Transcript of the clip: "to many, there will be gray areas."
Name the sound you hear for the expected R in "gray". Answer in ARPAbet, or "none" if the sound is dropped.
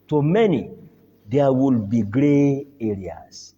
R